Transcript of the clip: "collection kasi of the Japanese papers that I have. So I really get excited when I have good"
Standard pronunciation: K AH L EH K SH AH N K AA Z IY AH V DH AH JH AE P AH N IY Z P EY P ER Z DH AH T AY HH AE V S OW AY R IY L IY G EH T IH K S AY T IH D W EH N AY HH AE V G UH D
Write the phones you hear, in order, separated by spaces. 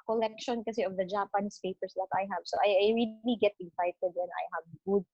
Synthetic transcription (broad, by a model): K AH L EH K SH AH N K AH S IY AH V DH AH JH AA P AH N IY S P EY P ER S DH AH T AY HH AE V S OW AY R IY L IY G EH T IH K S AY T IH D W EH N AY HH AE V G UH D